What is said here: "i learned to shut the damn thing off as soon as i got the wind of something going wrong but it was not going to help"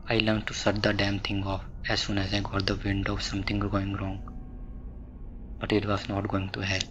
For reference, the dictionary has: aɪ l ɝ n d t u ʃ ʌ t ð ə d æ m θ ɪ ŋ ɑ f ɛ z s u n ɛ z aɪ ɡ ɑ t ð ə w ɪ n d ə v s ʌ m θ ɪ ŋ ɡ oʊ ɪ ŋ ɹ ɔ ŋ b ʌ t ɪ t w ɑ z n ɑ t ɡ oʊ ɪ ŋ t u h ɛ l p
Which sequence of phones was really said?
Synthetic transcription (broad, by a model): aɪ l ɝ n t u s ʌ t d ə d æ m t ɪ ŋ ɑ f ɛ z s u n ɛ z aɪ ɡ ɑ t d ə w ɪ n d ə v s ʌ m t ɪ ŋ ɡ oʊ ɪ ŋ ɹ ɔ ŋ b ʌ t ɪ t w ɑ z n ɑ t ɡ oʊ ɪ ŋ t u h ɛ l